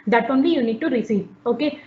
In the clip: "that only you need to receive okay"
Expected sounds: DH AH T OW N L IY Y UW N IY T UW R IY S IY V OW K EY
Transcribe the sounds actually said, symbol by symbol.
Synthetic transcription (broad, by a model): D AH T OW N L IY Y UW N IY T UW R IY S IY OW K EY